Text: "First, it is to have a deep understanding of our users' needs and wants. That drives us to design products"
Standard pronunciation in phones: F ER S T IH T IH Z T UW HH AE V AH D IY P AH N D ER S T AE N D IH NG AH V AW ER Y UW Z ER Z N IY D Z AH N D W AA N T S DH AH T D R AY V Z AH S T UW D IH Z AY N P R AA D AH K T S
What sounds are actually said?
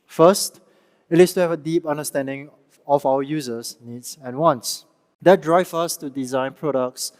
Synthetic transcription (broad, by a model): F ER S T IH T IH S T UW HH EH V AH D IY P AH N D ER S T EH N D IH NG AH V AW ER Y UW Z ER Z N IY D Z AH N W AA N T S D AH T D R AY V AH S T UW D IH Z AY N P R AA D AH K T S